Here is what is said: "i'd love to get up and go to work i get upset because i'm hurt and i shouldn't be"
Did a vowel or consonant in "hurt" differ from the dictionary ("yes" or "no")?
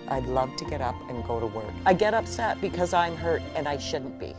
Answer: no